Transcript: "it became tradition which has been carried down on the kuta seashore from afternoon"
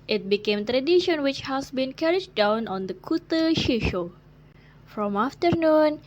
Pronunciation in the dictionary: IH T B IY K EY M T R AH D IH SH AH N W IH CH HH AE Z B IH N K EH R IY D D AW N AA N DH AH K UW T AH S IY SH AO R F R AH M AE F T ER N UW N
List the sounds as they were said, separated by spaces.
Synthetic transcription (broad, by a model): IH T B IY K EY M T R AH D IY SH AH N W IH CH HH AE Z B IH N K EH R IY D D AW N AA N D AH K UW T AH SH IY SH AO F R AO M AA F T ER N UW N